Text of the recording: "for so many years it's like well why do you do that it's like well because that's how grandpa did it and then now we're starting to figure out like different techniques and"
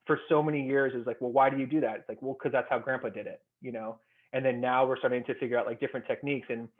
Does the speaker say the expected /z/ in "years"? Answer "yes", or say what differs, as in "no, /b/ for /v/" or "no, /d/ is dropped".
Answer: yes